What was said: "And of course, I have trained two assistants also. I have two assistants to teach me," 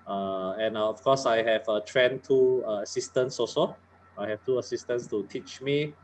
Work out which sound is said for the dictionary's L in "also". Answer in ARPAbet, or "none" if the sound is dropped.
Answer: none